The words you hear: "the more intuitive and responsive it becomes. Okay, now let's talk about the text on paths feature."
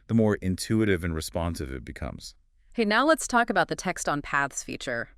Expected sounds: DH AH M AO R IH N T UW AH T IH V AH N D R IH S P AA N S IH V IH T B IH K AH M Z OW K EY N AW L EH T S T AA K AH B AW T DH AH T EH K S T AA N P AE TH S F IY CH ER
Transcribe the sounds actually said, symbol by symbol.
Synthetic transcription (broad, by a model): DH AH M AO R IH N T UW AH T IH V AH N R IH S P AA N S IH V IH T B IH K AH M Z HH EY N AW L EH T S T AA K AH B AW T DH AH T EH K S T N P AE TH S F IY CH ER